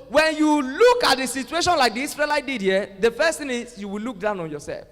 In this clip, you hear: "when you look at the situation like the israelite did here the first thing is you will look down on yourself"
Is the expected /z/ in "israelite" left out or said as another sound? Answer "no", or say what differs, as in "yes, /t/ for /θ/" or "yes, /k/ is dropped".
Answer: yes, /s/ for /z/